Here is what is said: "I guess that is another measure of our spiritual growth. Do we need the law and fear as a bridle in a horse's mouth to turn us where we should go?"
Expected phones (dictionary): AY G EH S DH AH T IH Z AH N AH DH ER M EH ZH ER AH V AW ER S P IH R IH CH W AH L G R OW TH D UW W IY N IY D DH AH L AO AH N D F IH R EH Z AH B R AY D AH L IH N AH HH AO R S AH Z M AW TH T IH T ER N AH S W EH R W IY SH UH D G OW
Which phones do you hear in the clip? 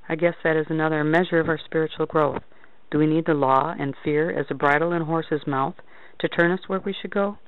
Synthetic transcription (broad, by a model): AY G EH S DH AH T IH Z AH N AH DH ER M EH ZH ER AH V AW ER S P IH R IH CH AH L G R OW TH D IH W IY N IY D DH AH L AO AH N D F IH R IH Z AH B R AY D L IH N HH AO R S AH Z M AW TH T IH T ER N AH S W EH R W IY SH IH D G OW